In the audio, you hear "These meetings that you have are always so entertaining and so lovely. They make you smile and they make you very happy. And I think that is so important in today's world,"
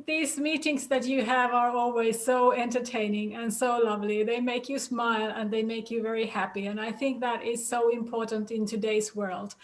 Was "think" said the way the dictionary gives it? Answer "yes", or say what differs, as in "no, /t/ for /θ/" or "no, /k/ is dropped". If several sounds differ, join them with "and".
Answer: yes